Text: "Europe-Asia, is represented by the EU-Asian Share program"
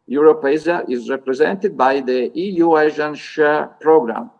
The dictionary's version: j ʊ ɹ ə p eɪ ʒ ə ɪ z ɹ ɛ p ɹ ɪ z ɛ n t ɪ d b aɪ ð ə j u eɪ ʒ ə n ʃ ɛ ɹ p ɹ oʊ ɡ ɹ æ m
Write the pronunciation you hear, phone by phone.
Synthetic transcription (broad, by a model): j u ɹ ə p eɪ z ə ɪ z ɹ ɛ p ɹ ɪ z ɛ n t ɪ d b aɪ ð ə j u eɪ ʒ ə n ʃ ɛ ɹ p ɹ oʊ ɡ ɹ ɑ m